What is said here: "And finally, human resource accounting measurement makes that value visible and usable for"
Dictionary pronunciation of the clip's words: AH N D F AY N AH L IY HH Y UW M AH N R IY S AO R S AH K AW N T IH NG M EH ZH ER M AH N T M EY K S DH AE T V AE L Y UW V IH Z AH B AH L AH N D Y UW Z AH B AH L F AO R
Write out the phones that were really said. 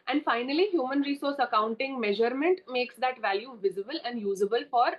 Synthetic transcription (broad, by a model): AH N D F AY N AH L IY HH Y UW M AH N R IY S AO R S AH K AW N T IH NG M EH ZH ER M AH N T M EY K S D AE T V AE L Y UW V IH Z AH B AH L AH N D Y UW Z AH B AH L F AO R